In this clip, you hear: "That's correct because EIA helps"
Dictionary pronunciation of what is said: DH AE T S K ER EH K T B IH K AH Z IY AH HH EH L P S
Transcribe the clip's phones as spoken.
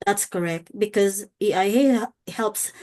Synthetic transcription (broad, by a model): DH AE T S K ER EH K T B IH K AH Z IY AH HH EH L P S